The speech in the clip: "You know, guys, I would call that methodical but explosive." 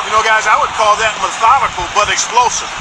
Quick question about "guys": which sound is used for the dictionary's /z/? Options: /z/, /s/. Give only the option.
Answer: /z/